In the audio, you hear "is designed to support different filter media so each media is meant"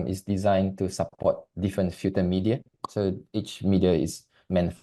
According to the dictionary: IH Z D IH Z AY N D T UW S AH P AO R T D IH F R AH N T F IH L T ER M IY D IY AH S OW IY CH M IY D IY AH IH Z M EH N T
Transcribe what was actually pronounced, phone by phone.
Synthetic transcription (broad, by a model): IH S D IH Z AY N T UW S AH P AO T D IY F R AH N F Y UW T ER M IY D IY AH S OW IY CH M IY D IY AH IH S M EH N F